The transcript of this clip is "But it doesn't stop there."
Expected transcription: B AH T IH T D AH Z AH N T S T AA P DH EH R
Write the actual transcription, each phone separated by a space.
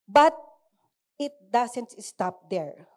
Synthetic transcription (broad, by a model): B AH T IH T D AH S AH N T S T AA P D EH R